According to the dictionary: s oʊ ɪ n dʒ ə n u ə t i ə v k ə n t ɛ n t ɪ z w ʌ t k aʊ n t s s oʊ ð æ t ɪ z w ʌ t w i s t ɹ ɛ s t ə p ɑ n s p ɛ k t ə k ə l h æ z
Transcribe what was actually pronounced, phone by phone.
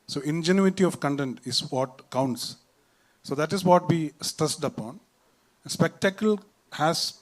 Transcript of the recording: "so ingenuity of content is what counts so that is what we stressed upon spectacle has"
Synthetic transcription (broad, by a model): s oʊ ɪ n dʒ ə n u ə t i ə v k ə n t ɛ n t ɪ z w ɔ t k aʊ n t s s oʊ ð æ t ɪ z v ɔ t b i s t ʌ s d ə p ɑ n s p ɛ k t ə k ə l h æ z